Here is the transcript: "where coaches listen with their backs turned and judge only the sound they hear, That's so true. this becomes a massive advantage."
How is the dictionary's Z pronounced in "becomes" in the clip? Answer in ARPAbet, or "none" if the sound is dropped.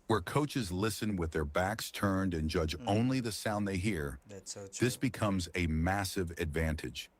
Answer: Z